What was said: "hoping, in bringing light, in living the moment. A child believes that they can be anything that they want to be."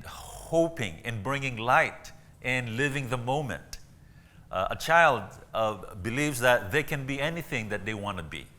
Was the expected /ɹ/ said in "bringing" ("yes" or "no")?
yes